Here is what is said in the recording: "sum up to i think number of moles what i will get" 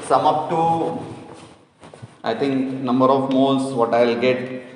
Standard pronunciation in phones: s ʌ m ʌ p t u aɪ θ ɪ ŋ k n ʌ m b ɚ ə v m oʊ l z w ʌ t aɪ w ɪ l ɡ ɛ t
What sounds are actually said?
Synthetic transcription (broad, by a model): s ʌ m ʌ p t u aɪ t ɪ ŋ k n ʌ m b ɚ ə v m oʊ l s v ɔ t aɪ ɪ l ɡ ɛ t